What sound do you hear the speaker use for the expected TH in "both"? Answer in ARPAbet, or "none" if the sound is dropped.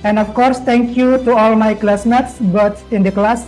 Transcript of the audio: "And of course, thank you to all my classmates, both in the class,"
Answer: S